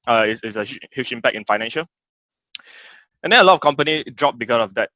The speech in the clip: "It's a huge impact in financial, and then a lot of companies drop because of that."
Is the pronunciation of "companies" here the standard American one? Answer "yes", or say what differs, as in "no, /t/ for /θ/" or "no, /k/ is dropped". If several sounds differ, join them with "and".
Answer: no, /z/ is dropped